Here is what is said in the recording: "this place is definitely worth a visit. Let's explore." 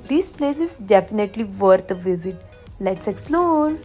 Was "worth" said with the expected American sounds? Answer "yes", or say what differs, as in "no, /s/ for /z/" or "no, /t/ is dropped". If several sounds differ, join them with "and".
no, /t/ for /θ/